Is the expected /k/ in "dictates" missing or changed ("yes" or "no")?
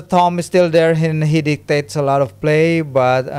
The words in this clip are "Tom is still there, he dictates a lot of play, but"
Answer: no